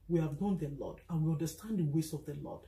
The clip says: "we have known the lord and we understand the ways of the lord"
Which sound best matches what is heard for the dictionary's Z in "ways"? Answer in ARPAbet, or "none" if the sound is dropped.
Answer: S